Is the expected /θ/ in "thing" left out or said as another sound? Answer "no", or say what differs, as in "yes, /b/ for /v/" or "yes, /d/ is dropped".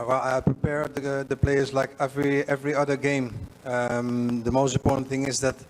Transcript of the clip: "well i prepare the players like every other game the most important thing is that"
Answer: no